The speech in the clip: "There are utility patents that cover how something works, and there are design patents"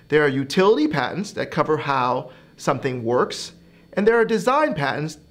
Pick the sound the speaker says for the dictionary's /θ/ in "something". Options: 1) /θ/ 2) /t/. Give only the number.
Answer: 1